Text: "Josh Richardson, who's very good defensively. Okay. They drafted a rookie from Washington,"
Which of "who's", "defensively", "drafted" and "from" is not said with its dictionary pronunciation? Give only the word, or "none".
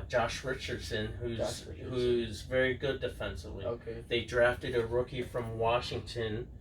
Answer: none